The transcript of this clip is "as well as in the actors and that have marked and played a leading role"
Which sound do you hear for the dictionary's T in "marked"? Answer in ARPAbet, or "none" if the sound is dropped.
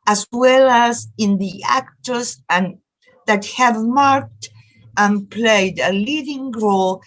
T